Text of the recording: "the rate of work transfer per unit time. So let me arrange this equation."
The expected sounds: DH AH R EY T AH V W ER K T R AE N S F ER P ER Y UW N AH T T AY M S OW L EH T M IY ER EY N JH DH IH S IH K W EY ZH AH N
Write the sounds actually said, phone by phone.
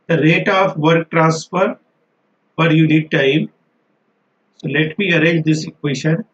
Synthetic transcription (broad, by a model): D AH R EY T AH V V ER K T R AE N S F ER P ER Y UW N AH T T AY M S OW L EH T M IY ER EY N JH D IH S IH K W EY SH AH N